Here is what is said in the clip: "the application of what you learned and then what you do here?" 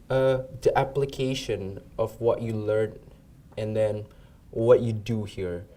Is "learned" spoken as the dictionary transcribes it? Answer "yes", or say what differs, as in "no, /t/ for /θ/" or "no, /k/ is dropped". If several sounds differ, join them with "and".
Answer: no, /d/ is dropped